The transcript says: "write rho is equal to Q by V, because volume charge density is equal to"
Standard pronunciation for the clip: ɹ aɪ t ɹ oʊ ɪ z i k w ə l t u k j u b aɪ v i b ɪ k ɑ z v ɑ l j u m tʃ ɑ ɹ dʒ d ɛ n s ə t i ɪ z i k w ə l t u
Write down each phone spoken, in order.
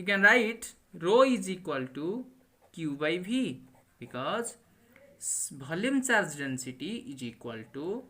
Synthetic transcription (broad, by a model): ɹ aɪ t ɹ oʊ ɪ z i k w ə l t u k j u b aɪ b i b ɪ k ɑ z b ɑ l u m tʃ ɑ ɹ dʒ d ɛ n s ə t i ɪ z i k w ə l t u